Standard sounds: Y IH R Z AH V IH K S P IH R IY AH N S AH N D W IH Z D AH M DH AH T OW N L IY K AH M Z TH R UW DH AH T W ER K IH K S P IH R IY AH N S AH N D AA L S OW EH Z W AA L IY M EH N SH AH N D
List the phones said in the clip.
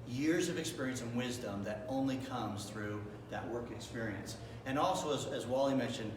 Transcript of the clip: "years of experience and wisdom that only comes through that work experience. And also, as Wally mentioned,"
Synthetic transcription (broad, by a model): Y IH R Z AH V IH K S P IH R IY AH N S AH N W IH Z D AH M DH AH T OW N L IY K AH M Z TH R UW DH AH T W ER K IH K S P IH R IY AH N S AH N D AA L S OW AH Z W AA L IY M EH N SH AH N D